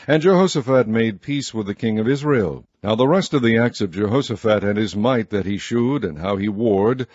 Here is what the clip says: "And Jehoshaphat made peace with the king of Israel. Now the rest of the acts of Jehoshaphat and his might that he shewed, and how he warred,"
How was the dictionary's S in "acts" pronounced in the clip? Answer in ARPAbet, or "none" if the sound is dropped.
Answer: S